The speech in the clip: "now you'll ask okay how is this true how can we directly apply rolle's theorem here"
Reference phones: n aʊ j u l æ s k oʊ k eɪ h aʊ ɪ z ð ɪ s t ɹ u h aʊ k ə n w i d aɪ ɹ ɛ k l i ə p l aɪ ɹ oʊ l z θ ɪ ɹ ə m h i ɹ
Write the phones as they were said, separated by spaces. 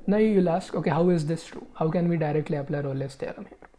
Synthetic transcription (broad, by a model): n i j u l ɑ s k oʊ k eɪ h aʊ ɪ z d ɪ s t ɹ u h aʊ k ə n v i d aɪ ɹ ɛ k l i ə p l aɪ ɹ oʊ l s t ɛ l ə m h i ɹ